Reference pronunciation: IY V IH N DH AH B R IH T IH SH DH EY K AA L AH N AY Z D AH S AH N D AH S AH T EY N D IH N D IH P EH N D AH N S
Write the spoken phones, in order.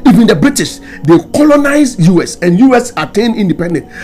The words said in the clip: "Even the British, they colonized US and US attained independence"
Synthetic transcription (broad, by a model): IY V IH N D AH B R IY T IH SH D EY K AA L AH N AY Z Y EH S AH N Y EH S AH T EY N IY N D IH P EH N D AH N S